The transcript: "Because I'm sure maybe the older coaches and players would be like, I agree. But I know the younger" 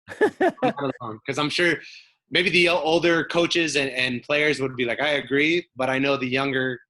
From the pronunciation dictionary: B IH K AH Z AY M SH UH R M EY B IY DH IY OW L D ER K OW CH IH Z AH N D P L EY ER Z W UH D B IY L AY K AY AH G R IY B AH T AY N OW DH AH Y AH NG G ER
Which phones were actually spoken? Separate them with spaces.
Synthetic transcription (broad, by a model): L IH K AH Z AY M SH UH R M EY B IY DH IY OW L D ER K OW CH IH Z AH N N P L EY ER Z W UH D B IY L AY K AY AH G R IY B AH T AY N OW DH AH Y AH NG G ER